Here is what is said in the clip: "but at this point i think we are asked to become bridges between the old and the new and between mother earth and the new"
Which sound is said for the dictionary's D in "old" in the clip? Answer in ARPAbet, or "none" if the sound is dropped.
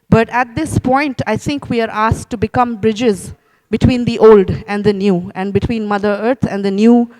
D